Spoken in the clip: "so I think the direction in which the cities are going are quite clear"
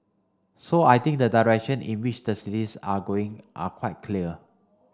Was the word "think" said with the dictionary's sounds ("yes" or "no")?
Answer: no